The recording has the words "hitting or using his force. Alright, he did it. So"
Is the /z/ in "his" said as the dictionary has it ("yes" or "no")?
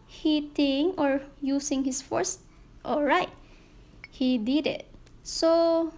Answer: no